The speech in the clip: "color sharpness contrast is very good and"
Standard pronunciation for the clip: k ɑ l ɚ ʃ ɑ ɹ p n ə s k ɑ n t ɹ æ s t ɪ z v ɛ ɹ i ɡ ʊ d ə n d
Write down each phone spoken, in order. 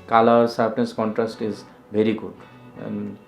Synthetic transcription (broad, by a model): k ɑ l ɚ s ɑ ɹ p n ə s k ɑ n t ɹ æ s t ɪ z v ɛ ɹ i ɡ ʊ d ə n